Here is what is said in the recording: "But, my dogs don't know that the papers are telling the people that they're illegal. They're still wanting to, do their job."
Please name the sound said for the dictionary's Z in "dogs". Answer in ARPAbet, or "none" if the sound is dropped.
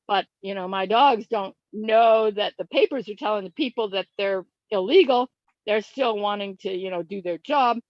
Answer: Z